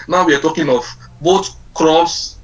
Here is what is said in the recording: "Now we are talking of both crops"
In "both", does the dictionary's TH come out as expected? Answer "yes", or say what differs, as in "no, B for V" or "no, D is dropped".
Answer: no, T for TH